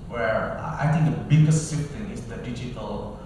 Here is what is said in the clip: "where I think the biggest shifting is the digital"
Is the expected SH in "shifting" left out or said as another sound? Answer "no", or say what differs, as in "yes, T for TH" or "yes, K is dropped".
yes, S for SH